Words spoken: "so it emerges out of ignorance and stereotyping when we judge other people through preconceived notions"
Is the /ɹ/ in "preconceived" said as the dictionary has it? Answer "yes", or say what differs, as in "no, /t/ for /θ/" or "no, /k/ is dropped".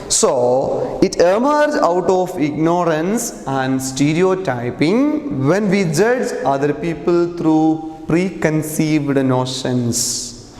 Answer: yes